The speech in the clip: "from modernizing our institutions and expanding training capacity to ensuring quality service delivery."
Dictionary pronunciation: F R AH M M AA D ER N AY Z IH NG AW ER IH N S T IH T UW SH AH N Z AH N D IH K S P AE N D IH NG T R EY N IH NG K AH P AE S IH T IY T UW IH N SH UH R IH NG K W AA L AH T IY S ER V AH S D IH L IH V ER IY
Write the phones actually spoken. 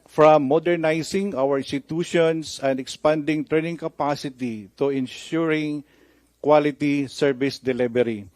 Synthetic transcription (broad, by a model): F R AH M M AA D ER N AY S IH NG AW ER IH N S T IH T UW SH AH N S AH N D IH K S P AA N D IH NG T R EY N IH NG K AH P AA S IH T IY T UW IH N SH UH R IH NG K W AA L AH T IY S ER V AH S D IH L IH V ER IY